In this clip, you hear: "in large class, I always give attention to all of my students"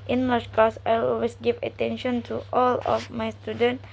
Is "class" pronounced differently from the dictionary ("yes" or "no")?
yes